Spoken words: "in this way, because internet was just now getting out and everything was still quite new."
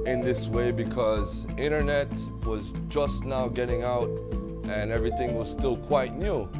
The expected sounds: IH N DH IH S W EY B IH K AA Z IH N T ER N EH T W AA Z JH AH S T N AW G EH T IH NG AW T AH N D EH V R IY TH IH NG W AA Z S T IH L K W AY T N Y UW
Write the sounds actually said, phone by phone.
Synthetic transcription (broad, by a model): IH N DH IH S W EY B IH K AA Z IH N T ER N EH T W AA Z JH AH S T N AW G EH T IH NG AW T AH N EH V R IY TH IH NG W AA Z S T IH L K W AY T N Y UW